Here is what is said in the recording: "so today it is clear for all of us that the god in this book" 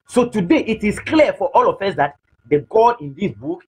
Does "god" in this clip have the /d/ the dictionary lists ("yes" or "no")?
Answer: no